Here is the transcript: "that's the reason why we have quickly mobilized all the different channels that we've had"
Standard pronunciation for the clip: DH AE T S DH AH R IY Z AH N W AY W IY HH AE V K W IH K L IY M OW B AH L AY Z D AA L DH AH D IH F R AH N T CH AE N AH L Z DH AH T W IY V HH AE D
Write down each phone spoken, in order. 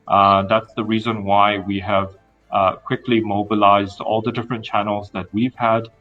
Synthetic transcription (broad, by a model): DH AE T S DH AH R IY Z AH N W AY W IY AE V K W IH K L IY M OW B AH L AY Z D AA L DH AH D IH F R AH N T CH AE N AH L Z DH AH T W IY V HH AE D